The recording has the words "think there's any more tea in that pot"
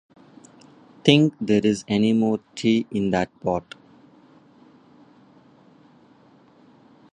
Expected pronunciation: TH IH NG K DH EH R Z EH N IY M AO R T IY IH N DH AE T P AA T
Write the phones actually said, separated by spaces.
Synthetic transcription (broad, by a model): T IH NG K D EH R Z EH N IY M AO R T IY IH N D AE T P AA T